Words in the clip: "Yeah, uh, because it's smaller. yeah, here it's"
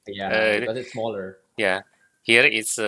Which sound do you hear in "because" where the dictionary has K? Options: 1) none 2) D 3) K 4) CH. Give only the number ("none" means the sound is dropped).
1